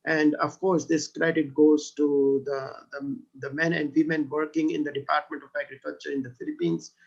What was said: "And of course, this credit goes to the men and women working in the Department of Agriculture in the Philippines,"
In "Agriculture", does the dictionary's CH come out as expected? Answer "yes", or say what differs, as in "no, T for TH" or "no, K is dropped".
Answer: yes